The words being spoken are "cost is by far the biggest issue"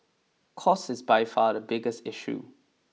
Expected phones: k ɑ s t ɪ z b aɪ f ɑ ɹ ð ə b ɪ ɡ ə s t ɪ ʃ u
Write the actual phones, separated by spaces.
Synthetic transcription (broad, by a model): k ɑ s ɪ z b aɪ f ɑ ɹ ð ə b ɪ ɡ ə s t ɪ ʃ u